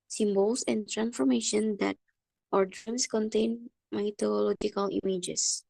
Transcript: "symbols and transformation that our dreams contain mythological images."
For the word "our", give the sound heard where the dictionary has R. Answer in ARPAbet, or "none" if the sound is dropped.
R